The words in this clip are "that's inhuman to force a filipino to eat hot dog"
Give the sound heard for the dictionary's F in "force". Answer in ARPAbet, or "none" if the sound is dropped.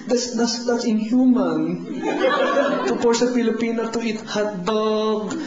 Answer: P